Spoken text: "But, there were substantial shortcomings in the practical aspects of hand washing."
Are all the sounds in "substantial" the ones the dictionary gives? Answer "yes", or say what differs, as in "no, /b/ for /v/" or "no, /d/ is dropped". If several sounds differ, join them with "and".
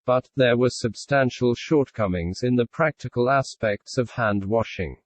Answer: yes